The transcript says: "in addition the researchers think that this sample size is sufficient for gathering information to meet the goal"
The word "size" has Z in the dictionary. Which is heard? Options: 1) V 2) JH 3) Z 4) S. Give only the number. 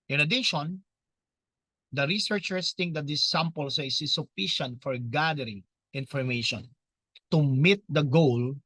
4